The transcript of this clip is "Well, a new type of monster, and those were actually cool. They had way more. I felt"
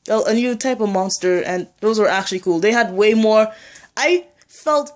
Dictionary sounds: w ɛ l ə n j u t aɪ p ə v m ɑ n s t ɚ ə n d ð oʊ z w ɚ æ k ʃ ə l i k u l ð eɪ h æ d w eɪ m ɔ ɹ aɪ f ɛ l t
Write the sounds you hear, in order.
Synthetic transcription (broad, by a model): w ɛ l ə n j u t aɪ p ə v m ɑ n s t ɚ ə n ð oʊ z w ɚ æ k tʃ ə l i k u l ð eɪ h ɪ d w eɪ m ɔ ɹ aɪ f ɛ l t